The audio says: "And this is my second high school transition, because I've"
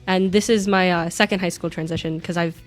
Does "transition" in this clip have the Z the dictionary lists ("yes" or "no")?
yes